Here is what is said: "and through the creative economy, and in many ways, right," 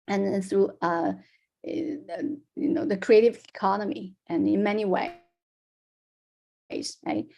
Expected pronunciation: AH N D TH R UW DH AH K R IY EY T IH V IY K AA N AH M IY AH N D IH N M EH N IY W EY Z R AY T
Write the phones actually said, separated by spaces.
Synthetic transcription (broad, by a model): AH N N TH R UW DH AH K R IY EY T IH V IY K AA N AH M IY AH N IH N M EH N IY W EY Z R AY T